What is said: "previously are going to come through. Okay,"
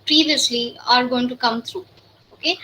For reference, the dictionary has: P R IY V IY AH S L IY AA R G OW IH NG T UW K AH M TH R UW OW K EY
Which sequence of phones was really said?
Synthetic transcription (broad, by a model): P R IY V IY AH S L IY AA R G OW IH NG T UW K AH M T R UW OW K EY